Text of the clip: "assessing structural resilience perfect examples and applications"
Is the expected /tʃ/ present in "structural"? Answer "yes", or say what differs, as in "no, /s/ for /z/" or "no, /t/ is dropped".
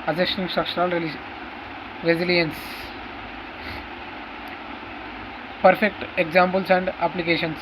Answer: no, /ʃ/ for /tʃ/